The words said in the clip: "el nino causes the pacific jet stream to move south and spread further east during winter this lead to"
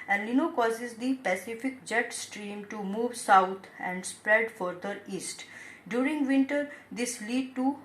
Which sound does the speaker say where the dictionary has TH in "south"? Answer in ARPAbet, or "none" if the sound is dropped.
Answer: T